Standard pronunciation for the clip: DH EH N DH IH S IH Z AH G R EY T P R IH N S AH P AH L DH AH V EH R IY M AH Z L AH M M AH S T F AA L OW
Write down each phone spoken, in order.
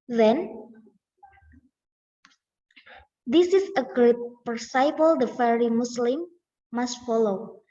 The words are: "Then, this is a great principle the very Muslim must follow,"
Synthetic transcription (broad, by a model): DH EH N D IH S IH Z AH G R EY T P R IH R S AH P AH L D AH F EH R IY M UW S L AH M M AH S T F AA L OW